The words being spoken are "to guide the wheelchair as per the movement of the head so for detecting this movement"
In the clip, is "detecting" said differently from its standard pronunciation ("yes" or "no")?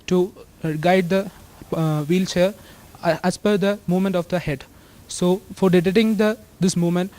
yes